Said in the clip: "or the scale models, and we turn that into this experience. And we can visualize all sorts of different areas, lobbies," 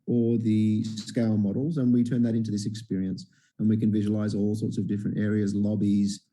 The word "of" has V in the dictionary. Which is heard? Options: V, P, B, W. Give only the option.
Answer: V